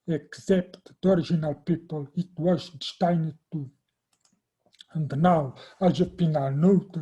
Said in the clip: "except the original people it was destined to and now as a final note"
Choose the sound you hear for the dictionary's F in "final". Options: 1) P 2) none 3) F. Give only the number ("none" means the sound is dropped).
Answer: 1